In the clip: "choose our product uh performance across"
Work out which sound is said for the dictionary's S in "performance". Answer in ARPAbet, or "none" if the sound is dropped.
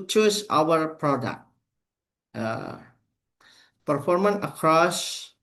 none